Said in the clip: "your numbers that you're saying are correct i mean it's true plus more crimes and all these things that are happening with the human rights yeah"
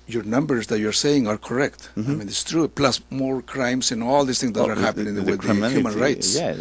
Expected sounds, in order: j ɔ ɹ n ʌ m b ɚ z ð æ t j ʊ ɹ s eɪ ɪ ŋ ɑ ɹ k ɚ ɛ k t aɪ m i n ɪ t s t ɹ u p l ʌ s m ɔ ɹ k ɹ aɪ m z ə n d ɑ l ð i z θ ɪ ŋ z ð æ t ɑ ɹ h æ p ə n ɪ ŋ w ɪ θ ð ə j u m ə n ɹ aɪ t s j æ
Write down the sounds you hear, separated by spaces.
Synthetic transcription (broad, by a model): j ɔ ɹ n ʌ m b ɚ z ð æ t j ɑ ɹ s eɪ ɪ ŋ ɑ ɹ k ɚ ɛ k t aɪ m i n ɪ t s t ɹ u p l ʌ s m ɔ ɹ k ɹ aɪ m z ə n ɑ l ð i s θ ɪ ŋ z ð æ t ɑ ɹ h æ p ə n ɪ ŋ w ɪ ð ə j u m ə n ɹ aɪ t s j